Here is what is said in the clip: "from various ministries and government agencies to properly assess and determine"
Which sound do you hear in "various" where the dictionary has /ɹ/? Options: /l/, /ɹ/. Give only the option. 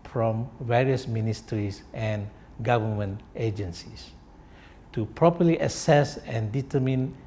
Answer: /ɹ/